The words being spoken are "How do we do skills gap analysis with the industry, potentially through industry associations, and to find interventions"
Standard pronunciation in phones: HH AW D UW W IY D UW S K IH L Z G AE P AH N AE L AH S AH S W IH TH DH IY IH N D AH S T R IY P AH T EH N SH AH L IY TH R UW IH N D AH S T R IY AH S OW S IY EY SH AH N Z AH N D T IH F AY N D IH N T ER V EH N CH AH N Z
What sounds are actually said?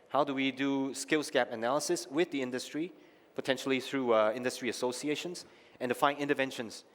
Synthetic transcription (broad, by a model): HH AW D UW W IY D UW S K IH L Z G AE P AH N AE L AH S AH S W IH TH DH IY IH N D AH S T R IY P AH T EH N SH AH L IY TH R UW IH N D AH S T R IY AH S OW S IY EY SH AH N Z AH N D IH F AY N IH N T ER V EH N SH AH N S